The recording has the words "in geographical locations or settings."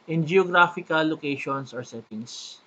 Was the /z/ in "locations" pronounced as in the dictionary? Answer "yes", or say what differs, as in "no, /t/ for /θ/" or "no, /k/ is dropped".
no, /s/ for /z/